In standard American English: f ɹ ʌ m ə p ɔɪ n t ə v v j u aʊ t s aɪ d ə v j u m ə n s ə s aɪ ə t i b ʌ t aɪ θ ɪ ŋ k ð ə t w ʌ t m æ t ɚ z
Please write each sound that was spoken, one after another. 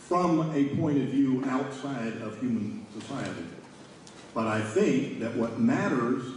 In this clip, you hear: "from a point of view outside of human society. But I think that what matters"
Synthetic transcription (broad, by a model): f ɹ ʌ m ə p ɔɪ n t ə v v j u aʊ t s aɪ d ə v j u m ə n s ə s aɪ ə t i b ʌ t aɪ θ ɪ ŋ k ð ə t w ʌ t m æ t ɚ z